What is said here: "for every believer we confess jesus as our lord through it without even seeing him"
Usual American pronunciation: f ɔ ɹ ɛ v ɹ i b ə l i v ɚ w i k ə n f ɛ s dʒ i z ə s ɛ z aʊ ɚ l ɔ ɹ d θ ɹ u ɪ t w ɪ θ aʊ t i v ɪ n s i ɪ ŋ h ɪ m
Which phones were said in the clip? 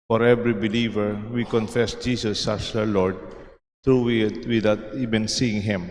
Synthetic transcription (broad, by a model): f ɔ ɹ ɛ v ɹ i b ə l i v ɚ w i k ə n f ɛ s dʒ i s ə s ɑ s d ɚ l ɔ ɹ d t ɹ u ɪ t w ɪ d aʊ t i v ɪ n s i ɪ ŋ h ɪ m